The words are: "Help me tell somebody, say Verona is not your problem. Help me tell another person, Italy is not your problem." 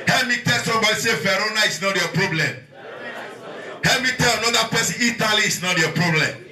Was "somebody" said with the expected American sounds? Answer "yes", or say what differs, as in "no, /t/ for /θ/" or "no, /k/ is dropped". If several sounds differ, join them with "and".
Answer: no, /m/ is dropped